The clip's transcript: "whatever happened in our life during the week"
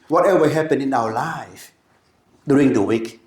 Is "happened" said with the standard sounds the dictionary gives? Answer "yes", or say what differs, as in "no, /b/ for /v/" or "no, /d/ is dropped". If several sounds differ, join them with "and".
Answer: no, /d/ is dropped